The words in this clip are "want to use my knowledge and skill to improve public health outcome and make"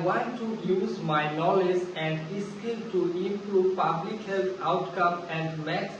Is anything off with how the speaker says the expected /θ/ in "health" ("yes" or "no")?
yes